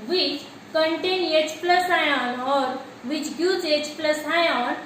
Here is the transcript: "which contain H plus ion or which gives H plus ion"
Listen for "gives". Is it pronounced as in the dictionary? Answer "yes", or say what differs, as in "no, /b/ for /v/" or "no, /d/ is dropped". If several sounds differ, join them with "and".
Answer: no, /v/ is dropped